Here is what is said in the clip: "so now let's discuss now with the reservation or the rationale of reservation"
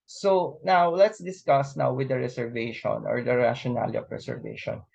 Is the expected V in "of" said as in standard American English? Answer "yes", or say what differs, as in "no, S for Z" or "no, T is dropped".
no, P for V